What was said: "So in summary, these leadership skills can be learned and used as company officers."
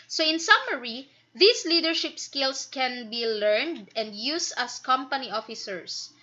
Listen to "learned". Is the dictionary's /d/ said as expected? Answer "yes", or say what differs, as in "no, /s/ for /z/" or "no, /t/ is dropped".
yes